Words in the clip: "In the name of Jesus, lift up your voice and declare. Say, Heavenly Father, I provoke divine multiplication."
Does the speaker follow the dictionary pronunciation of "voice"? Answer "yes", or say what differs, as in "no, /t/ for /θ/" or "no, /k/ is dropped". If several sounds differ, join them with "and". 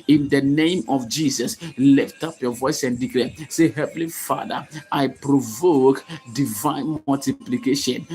yes